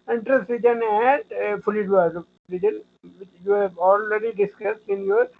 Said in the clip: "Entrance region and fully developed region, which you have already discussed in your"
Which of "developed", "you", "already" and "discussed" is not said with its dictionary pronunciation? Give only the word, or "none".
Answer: developed